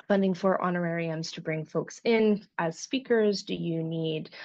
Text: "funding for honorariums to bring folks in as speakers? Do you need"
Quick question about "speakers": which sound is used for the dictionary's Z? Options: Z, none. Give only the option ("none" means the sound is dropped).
Z